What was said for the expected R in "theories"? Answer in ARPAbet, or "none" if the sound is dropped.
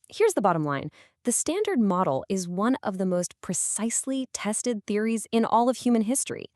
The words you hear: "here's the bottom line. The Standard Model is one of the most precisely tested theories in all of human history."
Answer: R